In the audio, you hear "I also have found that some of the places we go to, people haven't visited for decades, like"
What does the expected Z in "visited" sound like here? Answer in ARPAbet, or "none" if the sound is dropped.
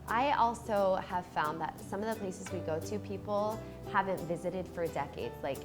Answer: Z